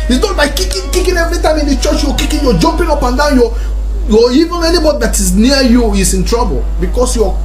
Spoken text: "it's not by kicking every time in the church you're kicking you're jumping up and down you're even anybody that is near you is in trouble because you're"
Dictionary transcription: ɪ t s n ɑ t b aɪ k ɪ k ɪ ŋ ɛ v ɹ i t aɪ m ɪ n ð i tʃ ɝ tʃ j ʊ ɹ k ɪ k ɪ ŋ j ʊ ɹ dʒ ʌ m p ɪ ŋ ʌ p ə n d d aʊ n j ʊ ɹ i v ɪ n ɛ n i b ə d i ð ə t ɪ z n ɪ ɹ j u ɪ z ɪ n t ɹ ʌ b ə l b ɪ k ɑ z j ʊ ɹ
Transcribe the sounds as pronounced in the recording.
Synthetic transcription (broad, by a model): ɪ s n ɑ t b aɪ k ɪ k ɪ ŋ ɛ v ɹ i t aɪ m ɪ n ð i tʃ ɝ tʃ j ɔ k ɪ k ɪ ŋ j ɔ dʒ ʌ m p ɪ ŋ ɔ p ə n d d aʊ n j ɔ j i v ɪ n ɛ n i b ə d i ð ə t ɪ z n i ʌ j u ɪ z ɪ n t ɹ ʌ b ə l b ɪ k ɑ s j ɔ